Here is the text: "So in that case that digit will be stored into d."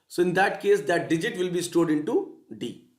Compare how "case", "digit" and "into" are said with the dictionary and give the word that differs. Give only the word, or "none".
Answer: none